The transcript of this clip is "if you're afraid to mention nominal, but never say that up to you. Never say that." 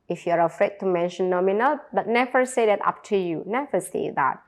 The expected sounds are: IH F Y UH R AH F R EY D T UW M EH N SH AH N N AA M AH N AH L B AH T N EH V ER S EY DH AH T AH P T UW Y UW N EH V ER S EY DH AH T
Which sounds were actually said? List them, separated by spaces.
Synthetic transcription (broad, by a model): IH F Y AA R AH F R EY D T UW M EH N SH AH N N AA M AH N AH L B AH T N EH V ER S EY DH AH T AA P T UW Y UW N EH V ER S EY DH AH T